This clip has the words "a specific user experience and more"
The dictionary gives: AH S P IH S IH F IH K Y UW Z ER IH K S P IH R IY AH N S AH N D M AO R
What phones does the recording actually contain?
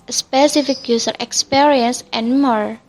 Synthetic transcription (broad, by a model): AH S P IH S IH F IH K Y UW S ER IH K S P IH R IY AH N S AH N M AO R